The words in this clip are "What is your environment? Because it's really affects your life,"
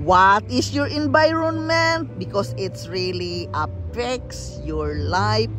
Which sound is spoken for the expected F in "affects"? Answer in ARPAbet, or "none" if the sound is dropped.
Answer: P